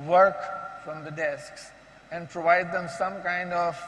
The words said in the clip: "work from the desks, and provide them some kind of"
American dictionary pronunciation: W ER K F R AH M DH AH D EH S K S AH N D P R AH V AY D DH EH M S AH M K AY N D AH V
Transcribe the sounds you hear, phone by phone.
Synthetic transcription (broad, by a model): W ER K F R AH M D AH D EH S K S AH N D P R AH V AY D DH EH M S AH M K AY N D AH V